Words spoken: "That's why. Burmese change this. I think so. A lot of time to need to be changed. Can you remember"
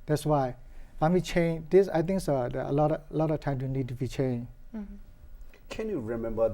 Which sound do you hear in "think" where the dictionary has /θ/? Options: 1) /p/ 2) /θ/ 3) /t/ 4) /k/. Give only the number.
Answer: 3